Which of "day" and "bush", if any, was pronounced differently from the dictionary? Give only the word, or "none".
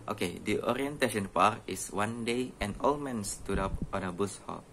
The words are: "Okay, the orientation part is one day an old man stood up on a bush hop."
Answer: bush